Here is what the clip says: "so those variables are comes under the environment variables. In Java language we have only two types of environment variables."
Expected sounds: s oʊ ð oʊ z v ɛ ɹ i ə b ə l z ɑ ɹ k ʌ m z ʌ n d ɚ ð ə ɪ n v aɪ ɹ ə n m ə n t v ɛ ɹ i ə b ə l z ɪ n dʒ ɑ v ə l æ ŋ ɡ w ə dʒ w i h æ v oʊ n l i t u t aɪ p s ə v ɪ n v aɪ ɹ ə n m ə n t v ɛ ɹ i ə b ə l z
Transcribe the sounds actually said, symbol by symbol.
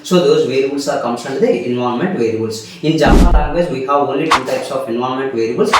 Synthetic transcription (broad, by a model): s oʊ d oʊ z v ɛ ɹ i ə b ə l s ɑ ɹ k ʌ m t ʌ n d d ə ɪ n v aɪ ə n m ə n t v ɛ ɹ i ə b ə l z ɪ n dʒ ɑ p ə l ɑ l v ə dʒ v i h æ v oʊ n l i t u t aɪ p s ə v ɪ n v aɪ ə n m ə n t v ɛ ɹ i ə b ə l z